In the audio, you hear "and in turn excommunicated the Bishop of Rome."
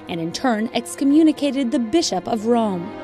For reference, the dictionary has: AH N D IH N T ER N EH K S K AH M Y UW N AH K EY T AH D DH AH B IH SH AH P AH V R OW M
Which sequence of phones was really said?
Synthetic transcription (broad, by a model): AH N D IH N T ER N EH K S K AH M Y UW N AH K EY T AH D DH AH B IH SH AH P AH V R OW M